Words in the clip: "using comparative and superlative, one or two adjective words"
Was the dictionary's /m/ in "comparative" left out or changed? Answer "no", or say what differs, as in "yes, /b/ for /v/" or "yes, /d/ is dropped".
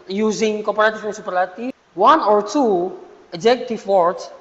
yes, /m/ is dropped